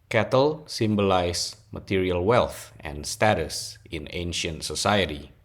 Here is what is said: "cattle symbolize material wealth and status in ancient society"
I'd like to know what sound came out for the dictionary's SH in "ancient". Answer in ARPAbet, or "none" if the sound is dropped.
SH